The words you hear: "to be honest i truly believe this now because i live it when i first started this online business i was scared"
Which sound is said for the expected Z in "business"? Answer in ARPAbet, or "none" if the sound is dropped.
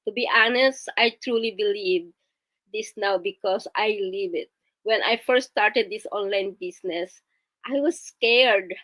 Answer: S